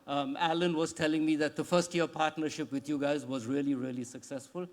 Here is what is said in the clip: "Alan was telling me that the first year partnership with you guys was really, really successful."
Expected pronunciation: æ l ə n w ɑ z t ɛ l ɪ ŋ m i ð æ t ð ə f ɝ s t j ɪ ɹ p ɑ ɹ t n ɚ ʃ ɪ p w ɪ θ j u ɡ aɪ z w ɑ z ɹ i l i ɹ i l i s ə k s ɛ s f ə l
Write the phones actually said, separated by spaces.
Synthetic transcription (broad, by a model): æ l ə n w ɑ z t ɛ l ɪ ŋ m i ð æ t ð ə f ɝ s t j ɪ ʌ p ɑ ɹ t n ɚ ʃ ɪ p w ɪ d j u ɡ aɪ z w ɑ z ɹ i l i ɹ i l i s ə k s ɛ s f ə l